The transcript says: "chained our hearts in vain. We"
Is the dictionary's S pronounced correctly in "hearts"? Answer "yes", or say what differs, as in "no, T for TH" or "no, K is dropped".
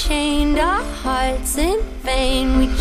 yes